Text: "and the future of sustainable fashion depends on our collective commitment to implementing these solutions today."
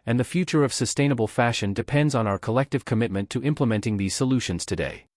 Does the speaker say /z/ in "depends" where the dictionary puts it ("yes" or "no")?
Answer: yes